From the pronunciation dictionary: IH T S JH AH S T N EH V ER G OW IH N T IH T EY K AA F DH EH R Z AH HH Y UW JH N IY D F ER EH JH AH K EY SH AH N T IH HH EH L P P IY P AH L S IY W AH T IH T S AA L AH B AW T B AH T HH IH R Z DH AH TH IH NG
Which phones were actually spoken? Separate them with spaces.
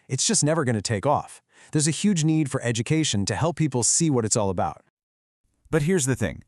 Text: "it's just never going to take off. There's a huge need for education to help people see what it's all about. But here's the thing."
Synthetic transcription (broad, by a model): IH T S JH AH S T N EH V ER G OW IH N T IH T EY K AA F DH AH R Z AH HH Y UW JH N IY D F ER EH JH AH K EY SH AH N T IH HH EH L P P IY P L S IY W AH T IH T S AA L AH B AW T B AH T HH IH R Z DH AH TH IH NG